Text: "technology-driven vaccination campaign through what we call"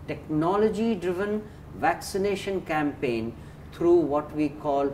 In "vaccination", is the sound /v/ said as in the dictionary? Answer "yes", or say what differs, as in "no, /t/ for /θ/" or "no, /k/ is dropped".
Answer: yes